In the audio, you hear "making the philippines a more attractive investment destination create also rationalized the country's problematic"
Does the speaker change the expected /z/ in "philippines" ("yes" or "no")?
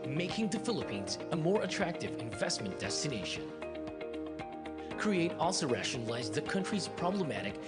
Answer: no